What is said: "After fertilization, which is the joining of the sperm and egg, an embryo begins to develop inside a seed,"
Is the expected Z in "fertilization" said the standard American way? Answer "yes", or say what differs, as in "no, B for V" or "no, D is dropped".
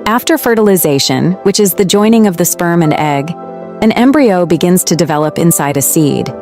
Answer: yes